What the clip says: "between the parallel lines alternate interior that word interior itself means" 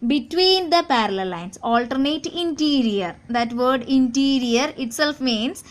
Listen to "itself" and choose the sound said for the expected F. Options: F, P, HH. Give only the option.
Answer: F